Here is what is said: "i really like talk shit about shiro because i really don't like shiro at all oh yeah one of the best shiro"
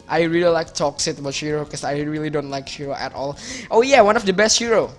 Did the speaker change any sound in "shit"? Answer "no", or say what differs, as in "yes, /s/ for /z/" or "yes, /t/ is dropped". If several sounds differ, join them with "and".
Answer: yes, /s/ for /ʃ/